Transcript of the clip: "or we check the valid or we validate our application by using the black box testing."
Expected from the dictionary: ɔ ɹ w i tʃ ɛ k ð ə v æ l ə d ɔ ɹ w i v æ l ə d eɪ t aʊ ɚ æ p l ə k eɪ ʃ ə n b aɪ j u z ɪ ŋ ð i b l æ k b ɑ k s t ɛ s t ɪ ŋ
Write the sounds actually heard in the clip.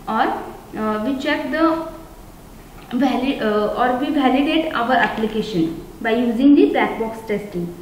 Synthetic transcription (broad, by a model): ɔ ɹ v i tʃ ɛ k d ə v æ l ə ɔ ɹ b i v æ l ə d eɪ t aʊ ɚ æ p l ə k eɪ ʃ ə n b aɪ j u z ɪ ŋ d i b æ k b ɑ k s t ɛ s t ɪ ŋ